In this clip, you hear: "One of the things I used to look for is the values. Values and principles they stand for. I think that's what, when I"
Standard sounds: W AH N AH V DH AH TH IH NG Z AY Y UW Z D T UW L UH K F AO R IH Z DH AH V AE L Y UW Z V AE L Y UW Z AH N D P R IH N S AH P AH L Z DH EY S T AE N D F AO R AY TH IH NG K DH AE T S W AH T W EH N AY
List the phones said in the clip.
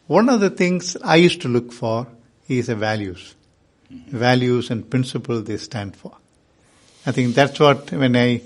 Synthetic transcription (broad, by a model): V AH N AH V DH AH T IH NG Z AY Y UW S T UW L UH K F AO R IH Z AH V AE L Y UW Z V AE L Y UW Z AH N D P R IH N S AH P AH L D EY S T AE N D F AO R AY T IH NG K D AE T S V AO T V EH N AY